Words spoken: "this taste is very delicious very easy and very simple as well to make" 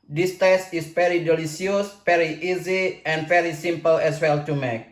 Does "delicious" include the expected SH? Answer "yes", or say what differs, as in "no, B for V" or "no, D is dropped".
no, S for SH